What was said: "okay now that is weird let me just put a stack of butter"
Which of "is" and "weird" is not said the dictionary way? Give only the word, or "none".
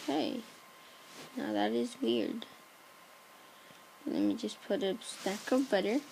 none